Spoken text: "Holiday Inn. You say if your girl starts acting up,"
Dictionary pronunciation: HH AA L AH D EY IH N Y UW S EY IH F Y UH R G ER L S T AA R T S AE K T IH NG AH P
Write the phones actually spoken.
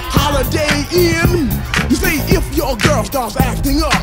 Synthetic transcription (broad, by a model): HH AA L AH D EY IH N Y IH S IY IH F Y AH R G ER L S T AA R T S AE K T IH NG AH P